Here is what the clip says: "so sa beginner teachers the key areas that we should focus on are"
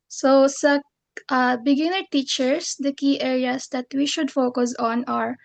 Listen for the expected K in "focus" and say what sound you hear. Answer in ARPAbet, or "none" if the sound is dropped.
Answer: K